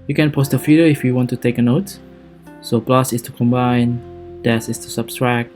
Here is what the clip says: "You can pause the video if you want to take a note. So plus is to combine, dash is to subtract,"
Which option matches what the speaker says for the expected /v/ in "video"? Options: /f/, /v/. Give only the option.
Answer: /f/